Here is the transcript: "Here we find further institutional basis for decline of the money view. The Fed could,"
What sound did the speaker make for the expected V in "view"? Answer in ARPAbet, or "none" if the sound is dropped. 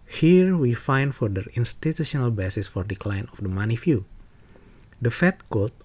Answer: F